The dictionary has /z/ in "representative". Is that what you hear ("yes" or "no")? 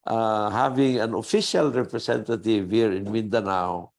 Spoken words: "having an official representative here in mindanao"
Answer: no